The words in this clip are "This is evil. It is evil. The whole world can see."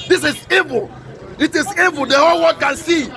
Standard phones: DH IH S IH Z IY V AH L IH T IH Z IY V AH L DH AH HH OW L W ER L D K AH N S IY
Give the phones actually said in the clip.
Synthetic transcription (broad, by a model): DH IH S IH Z IY V AH L IH T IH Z IY V AH L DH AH HH OW L W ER D K AH N S IY